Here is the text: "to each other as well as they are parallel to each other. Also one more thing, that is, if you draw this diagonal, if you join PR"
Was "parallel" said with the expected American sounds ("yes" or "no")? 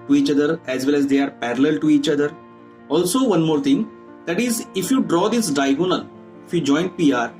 yes